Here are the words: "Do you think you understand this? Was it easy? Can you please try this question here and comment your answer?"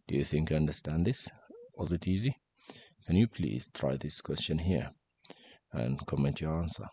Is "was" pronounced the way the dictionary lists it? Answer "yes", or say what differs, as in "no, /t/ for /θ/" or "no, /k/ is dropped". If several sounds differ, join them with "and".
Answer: yes